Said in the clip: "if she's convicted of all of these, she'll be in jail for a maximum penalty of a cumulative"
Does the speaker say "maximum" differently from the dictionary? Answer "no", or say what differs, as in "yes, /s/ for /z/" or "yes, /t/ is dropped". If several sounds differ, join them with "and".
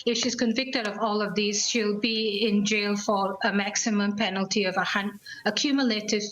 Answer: no